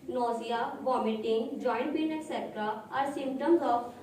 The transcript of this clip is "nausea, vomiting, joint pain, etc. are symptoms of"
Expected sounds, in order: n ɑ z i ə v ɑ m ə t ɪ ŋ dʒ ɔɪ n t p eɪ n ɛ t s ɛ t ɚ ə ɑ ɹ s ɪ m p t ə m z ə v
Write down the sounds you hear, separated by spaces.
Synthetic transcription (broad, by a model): n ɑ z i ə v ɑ m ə t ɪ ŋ dʒ ɔɪ n t b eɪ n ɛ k s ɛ t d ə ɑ ɹ s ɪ m p t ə m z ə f